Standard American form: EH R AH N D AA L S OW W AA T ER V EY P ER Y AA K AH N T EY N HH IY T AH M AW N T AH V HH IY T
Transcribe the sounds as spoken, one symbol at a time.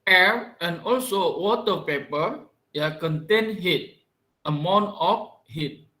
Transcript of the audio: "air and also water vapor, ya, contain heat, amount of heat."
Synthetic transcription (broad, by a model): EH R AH N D AA L S OW W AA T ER P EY P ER Y AA K AH N T EY N HH IY T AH M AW N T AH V HH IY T